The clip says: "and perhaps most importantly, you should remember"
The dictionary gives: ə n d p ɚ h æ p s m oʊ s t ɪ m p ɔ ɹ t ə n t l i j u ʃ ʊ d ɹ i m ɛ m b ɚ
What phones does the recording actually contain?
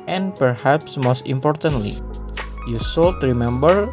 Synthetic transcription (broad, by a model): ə n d p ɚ h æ p s m oʊ s t ɪ m p ɔ ɹ t ə n t l i j u s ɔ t ɹ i m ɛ m b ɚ